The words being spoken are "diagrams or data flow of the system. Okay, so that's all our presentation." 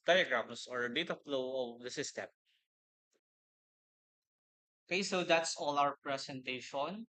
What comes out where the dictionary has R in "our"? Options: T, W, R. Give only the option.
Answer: W